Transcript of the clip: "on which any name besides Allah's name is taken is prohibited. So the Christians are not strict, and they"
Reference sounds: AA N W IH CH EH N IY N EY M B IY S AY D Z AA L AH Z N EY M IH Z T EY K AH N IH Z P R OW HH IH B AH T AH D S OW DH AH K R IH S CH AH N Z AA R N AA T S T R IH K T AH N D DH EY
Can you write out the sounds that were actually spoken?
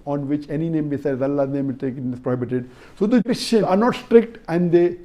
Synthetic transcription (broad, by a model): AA N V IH CH EH N IY N EY M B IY S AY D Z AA L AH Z N EY M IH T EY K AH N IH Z P R OW HH IH B AH T AH D S OW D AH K R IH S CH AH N AA R N AA T S T R IH K T AH N D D EY